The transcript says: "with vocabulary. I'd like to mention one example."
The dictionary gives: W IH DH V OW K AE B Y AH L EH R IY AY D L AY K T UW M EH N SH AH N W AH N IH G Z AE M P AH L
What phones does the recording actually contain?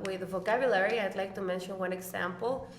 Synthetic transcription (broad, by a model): W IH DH V OW K AE B Y AH L EH R IY AY D L AY K T UW M EH N SH AH N W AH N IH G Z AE M P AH L